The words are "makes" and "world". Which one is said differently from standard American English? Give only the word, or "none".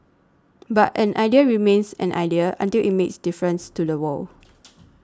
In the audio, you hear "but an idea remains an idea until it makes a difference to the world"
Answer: world